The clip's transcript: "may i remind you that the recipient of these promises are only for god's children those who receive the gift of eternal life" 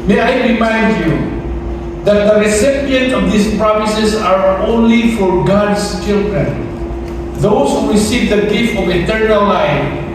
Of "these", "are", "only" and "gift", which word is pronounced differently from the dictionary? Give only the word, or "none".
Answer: these